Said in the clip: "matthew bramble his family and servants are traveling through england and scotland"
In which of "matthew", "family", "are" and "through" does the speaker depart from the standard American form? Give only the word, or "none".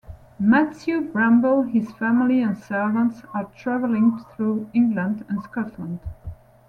matthew